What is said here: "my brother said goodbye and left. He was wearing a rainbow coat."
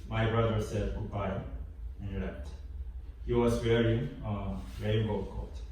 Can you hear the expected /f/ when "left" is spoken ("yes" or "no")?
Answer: no